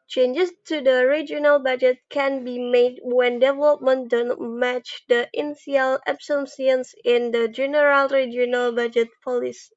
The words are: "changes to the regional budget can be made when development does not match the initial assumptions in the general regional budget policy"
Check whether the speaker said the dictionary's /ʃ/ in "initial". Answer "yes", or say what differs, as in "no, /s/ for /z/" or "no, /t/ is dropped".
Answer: no, /ʃ/ is dropped